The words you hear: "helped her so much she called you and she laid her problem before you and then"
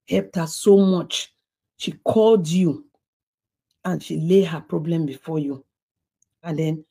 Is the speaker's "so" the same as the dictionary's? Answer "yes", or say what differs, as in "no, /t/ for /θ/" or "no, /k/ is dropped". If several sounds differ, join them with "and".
yes